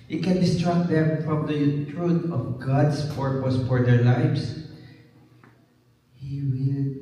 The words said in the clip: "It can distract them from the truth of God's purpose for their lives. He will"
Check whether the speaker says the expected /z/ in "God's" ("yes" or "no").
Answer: no